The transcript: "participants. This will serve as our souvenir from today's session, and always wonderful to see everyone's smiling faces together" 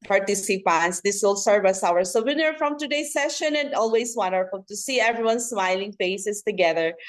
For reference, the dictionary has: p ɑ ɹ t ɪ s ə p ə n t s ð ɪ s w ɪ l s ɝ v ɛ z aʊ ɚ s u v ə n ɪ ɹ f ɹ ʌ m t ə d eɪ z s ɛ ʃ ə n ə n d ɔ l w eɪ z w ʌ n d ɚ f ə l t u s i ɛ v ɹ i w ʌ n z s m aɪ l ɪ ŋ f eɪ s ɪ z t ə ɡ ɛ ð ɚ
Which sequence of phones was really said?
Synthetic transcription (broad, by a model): p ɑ ɹ t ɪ s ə p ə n t s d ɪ s w ɪ l s ɝ v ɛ s aʊ ɚ s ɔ w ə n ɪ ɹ f ɹ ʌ m t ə d eɪ s ɛ ʃ ə n ə n d ɔ l w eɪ s w ʌ n d ɚ f ə l t u s i ɛ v ɹ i w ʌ n s m aɪ l ɪ ŋ f eɪ s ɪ s t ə ɡ ɛ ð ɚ